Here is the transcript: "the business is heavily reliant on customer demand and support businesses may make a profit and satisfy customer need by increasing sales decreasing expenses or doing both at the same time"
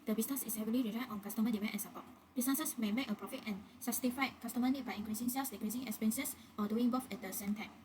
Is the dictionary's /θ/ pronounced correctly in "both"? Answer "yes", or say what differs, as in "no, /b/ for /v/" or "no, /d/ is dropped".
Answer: no, /f/ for /θ/